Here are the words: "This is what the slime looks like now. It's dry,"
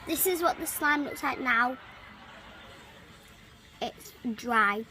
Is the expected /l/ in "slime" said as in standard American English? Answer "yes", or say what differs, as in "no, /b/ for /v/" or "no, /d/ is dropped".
yes